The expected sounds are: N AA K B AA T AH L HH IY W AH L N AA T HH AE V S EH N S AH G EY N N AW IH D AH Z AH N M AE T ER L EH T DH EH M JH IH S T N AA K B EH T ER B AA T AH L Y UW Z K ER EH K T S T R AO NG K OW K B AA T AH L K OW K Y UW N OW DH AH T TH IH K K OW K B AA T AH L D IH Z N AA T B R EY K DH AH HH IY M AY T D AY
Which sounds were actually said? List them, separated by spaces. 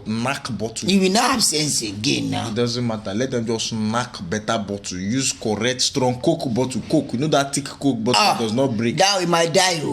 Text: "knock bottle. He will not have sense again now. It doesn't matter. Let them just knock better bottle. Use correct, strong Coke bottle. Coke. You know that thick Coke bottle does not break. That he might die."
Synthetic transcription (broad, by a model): N AA K B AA T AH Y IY W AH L N AA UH HH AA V S EH N S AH G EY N N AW IH D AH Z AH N M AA T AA L EH T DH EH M JH IH S T N AA K B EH T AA B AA T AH Y UW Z K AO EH K T S T R AO NG K OW K B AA T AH K OW K Y UW N OW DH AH T T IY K K OW K B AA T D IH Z N AA T B R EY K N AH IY M AY T D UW